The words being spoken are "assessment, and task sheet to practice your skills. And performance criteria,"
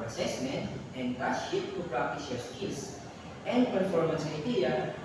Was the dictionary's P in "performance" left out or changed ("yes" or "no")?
no